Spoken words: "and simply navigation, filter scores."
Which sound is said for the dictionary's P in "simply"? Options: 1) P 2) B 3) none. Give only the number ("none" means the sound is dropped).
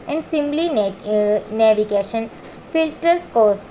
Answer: 2